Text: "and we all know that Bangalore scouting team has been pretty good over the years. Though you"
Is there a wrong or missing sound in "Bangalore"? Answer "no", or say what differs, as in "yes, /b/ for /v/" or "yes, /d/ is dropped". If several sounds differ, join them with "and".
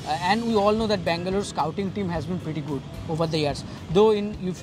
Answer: no